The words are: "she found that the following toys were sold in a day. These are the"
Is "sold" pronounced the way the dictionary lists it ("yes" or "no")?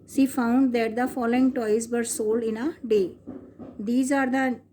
yes